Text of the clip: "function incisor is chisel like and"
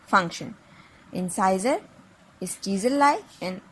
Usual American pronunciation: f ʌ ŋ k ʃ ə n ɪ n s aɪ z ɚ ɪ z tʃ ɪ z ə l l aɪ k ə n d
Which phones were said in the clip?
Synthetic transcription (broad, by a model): f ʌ ŋ k ʃ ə n ɪ n s aɪ z ɚ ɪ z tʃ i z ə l l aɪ ə n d